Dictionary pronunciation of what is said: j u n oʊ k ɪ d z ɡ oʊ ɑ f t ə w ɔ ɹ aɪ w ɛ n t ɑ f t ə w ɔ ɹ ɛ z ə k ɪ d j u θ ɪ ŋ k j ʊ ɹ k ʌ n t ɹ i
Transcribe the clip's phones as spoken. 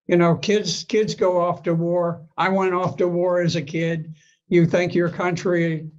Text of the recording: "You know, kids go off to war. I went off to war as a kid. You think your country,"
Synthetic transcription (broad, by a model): j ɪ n oʊ k ɪ d z ɡ oʊ ɑ f t ə w ɔ ɹ aɪ w ɛ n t ɑ f t ə w ɔ ɹ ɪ z ə k ɪ d j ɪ θ ɪ ŋ k j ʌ ɹ k ʌ n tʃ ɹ i